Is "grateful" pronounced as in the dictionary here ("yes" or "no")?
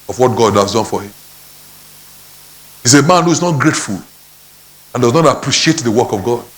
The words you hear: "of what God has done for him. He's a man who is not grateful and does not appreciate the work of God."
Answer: yes